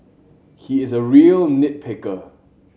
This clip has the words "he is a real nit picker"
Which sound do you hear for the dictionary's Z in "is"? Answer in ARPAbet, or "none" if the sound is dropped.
Z